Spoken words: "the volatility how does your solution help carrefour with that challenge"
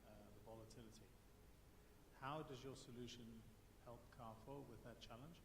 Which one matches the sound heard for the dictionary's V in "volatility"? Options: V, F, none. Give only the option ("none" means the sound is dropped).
V